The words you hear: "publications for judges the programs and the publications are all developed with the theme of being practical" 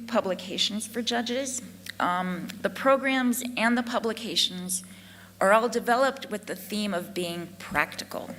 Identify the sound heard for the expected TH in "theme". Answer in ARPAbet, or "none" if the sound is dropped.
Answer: TH